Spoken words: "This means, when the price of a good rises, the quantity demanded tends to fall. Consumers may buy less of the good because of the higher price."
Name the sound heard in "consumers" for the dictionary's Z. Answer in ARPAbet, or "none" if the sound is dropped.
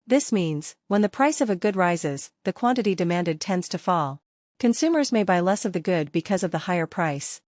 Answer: Z